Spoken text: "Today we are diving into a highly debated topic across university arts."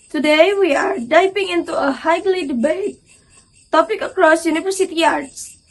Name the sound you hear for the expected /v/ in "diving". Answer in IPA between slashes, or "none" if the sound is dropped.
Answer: /p/